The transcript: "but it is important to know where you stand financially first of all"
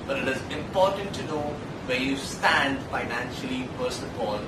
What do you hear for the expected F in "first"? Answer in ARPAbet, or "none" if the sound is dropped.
P